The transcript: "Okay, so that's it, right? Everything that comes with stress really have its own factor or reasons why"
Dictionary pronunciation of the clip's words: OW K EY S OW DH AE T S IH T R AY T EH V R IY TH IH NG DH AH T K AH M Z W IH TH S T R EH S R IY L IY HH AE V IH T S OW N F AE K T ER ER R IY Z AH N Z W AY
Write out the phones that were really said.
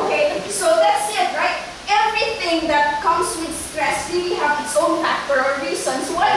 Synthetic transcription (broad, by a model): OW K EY S OW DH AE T S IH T R AY T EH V R IY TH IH NG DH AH T K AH M S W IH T S T R EH S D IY W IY HH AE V IH T S OW N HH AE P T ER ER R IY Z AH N S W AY